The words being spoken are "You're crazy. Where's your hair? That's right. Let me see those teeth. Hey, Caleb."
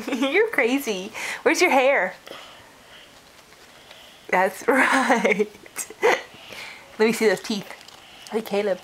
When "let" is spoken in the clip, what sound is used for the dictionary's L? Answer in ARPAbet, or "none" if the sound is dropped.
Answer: L